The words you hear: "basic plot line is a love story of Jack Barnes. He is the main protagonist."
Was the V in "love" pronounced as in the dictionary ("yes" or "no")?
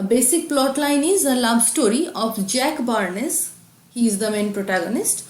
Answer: no